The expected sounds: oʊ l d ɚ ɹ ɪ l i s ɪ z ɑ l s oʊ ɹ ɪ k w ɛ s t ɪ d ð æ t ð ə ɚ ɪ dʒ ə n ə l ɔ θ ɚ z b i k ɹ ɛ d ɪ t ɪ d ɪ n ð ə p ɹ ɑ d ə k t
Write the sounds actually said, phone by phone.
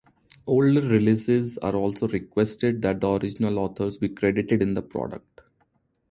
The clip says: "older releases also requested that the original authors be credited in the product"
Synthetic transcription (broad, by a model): oʊ l d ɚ ɹ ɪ l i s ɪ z ɑ l s oʊ ɹ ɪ k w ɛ s t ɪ d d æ t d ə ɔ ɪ dʒ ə n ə l ɔ t ɚ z b i k ɹ ɛ d ɪ t ɪ d ɪ n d ə p ɹ ɑ d ə k t